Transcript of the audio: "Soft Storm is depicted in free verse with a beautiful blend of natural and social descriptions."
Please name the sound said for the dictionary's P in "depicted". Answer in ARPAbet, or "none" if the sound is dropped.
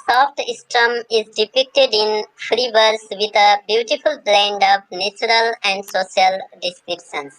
P